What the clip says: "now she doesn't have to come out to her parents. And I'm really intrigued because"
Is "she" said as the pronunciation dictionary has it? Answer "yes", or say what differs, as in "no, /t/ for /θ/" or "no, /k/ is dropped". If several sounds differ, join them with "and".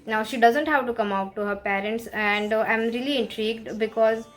yes